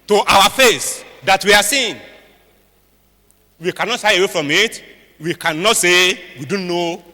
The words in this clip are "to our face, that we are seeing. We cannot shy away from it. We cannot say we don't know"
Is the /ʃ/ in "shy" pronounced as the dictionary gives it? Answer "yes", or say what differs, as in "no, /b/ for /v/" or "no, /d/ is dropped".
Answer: no, /s/ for /ʃ/